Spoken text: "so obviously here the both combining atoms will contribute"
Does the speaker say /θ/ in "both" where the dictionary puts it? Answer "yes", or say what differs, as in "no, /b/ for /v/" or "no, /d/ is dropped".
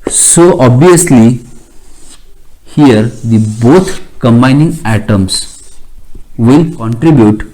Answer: no, /t/ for /θ/